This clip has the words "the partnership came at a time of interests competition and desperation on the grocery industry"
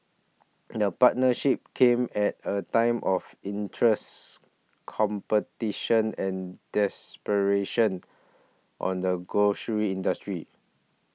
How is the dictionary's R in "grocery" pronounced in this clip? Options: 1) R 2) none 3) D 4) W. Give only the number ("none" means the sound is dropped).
2